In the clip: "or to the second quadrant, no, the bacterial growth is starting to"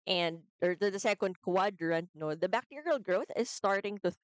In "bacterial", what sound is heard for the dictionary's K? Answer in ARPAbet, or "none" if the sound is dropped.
K